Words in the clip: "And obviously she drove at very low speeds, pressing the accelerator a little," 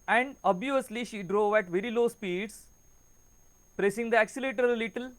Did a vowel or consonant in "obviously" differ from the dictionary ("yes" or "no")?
yes